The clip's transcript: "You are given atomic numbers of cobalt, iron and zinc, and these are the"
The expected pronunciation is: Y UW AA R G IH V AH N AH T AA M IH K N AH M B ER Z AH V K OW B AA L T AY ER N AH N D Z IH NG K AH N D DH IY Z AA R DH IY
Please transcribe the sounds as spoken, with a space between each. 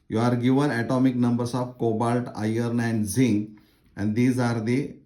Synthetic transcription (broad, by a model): Y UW AA R G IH V AH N AH T AA M IH K N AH M B ER S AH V K OW B AA L T AY ER N AH N D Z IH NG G AH N D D IY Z AA R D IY